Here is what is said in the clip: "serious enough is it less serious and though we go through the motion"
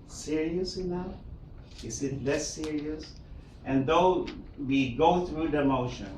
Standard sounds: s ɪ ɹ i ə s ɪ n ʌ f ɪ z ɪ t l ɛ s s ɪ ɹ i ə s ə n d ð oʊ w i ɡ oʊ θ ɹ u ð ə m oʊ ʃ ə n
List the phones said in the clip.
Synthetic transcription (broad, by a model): s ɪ ɹ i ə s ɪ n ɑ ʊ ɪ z ɪ t l ɛ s s ɪ ɹ i ə s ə n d ð oʊ w i ɡ oʊ θ ɹ u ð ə m oʊ ʃ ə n